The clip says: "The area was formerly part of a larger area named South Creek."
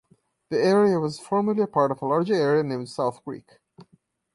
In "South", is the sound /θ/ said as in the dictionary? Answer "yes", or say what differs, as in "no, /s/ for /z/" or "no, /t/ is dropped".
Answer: yes